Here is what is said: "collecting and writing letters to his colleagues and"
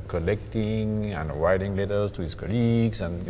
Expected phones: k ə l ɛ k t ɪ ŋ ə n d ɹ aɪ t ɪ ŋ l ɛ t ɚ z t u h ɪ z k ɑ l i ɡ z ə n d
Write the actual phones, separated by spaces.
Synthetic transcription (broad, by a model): k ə l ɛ k t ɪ ŋ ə n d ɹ aɪ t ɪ ŋ l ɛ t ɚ s t u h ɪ s k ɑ l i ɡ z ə n